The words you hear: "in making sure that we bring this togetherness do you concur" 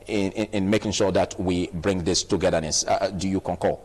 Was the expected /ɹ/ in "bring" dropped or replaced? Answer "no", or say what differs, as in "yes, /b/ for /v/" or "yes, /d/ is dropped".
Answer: no